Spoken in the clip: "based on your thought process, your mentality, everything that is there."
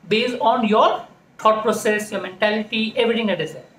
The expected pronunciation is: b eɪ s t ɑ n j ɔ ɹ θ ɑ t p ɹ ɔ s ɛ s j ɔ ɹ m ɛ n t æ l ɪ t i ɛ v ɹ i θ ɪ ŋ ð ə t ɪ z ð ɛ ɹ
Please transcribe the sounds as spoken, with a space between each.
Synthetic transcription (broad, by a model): b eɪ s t ɑ n j ɔ ɹ t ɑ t p ɹ ɔ s ɛ s j ɔ ɹ m ɛ n t æ l ɪ t i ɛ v ɹ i t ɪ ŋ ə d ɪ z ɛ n